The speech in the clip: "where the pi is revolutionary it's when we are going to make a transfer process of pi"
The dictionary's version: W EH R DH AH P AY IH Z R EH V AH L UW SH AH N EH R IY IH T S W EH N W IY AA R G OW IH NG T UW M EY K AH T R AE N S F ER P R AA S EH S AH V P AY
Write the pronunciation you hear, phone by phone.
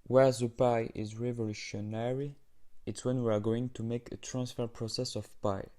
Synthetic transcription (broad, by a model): W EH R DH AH P AY IH Z R EH V AH L UW SH AH N EH R IY IH T S W EH N W IY AA R G OW IH NG T UW M EY K AH T R AE N S F ER P R AA S EH S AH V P AY